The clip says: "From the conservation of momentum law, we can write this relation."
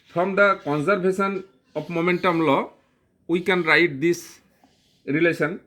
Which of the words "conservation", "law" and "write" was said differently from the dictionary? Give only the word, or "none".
conservation